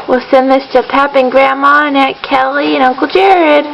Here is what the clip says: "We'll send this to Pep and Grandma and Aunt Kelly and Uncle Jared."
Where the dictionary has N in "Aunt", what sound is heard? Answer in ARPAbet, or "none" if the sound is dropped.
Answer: none